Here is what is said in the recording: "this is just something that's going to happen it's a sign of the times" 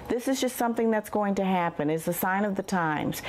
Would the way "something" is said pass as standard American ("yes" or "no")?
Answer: yes